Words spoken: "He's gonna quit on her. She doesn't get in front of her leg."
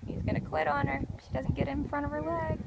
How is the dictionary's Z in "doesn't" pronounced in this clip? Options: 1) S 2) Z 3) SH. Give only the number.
2